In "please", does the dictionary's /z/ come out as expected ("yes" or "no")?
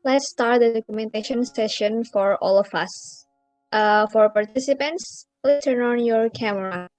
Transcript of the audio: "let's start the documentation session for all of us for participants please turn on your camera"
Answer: no